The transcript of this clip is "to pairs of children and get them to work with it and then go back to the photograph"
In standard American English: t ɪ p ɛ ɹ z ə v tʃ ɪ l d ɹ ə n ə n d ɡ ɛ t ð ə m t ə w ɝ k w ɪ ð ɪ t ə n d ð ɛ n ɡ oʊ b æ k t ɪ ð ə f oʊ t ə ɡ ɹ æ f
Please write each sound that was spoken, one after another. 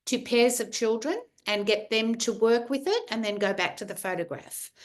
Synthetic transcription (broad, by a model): t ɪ p ɛ ɹ z ə v tʃ ɪ l d ɹ ə n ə n ɡ ɛ t ð ə m t ə w ɝ k w ɪ ð ɪ t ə n ð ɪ n ɡ oʊ b æ k t ɪ ð ə f oʊ t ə ɡ ɹ æ f